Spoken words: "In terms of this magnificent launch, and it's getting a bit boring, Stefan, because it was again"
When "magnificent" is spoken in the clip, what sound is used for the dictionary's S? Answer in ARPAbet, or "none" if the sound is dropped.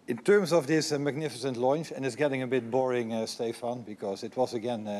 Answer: S